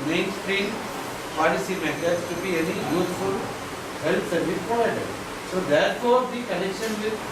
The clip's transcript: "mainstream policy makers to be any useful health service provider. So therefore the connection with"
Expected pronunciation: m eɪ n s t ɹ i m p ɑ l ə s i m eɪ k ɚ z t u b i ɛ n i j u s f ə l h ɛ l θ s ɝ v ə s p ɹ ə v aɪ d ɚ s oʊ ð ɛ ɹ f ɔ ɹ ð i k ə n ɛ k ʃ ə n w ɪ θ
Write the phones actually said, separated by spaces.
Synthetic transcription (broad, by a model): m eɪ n s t ɹ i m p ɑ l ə s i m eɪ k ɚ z t u b i ɛ n i j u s f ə l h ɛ l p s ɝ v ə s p ə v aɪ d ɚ s oʊ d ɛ ɹ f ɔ ɹ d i k ə n ɛ k ʃ ə n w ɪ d